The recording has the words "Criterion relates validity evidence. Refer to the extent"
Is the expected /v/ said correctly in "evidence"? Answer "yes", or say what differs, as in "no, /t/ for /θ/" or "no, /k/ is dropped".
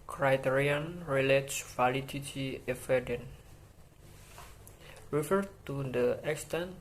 no, /f/ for /v/